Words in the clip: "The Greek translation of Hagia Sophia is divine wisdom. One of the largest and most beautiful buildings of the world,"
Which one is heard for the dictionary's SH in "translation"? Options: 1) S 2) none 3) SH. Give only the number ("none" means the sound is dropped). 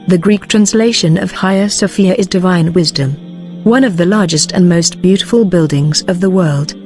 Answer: 3